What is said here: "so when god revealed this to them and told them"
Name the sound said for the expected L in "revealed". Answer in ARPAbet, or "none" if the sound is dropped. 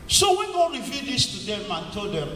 none